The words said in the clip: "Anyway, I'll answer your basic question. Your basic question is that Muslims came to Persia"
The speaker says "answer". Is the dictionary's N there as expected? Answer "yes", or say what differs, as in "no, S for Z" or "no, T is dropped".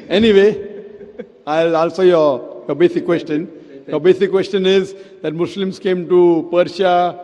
no, L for N